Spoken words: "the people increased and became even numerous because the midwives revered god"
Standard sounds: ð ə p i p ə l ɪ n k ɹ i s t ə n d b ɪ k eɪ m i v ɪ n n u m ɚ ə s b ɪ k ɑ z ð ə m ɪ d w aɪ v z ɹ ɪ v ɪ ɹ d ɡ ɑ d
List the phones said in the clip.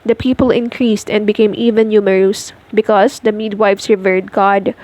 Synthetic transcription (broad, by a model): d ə p i p ə l ɪ n k ɹ i s t ə n d b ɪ k eɪ m i v ɪ n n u m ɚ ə s b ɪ k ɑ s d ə m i d w aɪ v s ɹ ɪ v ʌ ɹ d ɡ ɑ d